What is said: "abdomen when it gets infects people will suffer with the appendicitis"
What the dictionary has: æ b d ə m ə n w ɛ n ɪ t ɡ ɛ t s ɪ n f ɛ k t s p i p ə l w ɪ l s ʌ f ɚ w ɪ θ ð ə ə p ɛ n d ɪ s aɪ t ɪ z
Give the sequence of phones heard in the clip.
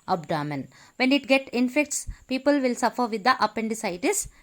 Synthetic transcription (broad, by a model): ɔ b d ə m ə n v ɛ n ɪ t ɡ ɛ t ɪ n f ɛ k t s p i p ə l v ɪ l s ʌ f ɚ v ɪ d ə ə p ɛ n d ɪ s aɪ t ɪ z